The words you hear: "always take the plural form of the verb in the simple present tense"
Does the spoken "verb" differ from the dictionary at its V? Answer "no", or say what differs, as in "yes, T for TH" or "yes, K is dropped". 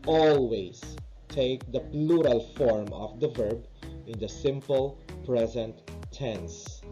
no